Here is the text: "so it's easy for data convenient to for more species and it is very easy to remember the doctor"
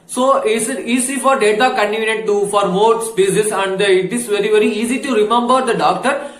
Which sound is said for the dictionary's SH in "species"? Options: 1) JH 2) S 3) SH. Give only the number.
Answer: 2